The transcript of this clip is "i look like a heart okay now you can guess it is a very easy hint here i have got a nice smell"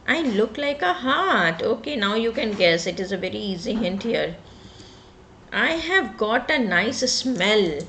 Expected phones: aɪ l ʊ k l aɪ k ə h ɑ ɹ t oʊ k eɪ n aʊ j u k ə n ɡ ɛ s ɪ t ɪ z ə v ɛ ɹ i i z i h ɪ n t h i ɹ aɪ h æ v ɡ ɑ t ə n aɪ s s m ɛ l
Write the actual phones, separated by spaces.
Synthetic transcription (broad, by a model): aɪ l ʊ k l aɪ k ə h ɑ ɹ t oʊ k eɪ n aʊ j u k ə n ɡ ɛ s ɪ t ɪ z ə v ɛ ɹ i i z i h ɪ n t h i ɹ aɪ h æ v ɡ ɑ t ə n aɪ s s m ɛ l